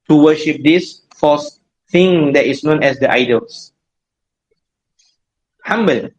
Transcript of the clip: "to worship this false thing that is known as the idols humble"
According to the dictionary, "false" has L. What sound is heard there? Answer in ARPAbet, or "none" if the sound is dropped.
none